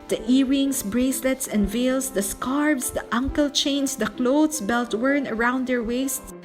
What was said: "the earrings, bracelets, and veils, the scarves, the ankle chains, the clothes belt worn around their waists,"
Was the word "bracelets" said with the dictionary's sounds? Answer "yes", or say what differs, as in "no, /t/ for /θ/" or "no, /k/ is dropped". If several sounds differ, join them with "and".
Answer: yes